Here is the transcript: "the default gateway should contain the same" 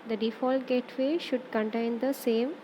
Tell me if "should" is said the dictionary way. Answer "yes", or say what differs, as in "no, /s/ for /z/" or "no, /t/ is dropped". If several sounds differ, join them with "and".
yes